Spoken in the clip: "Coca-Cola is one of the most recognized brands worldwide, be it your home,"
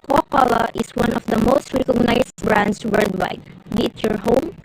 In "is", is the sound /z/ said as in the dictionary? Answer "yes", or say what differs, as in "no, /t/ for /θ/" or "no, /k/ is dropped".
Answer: no, /s/ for /z/